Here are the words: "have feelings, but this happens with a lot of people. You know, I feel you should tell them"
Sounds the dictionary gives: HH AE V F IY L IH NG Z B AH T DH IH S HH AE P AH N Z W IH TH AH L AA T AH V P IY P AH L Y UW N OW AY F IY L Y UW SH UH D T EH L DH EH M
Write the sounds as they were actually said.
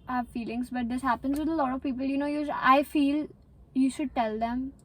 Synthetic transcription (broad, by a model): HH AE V F IY L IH NG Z B AH T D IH S HH AE P AH N Z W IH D AH L AA T AH V P IY P AH L Y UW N OW AY F IY L Y UW SH UH D T EH L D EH M